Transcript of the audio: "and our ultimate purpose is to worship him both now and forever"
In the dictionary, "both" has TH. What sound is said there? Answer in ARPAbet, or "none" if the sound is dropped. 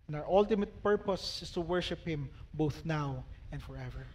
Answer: TH